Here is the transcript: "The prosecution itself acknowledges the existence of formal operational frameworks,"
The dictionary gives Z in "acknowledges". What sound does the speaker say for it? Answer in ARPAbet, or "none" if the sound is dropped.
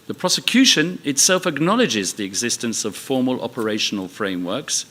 Z